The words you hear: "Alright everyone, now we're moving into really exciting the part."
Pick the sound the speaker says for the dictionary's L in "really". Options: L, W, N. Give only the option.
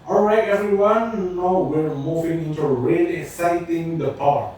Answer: N